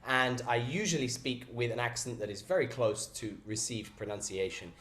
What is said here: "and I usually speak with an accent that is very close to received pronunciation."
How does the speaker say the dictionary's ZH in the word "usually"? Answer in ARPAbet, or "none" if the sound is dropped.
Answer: ZH